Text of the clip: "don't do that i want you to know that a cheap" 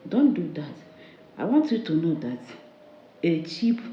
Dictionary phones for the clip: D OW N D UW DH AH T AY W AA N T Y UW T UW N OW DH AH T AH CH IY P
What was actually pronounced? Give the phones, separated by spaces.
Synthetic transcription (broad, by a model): D OW N D UW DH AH T AY W AA N T Y UW T UW N OW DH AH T AH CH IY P